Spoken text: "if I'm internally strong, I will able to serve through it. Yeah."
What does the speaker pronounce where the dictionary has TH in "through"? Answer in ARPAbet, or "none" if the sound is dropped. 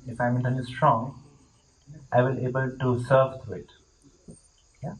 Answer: T